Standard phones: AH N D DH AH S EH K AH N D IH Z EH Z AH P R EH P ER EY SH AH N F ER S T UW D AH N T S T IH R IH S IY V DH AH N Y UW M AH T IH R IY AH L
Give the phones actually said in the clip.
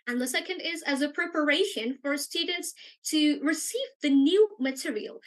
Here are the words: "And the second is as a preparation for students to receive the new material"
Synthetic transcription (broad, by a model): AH N DH AH S EH K AH N D IH Z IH Z AH P R EH P ER EY SH AH N F ER S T UW D N T S T IH R IH S IY V DH AH N Y UW M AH T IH R IY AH L